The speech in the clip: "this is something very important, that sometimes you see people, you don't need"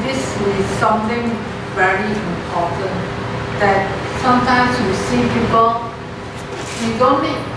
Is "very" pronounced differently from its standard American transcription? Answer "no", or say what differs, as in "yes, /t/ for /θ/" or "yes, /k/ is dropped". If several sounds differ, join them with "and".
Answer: no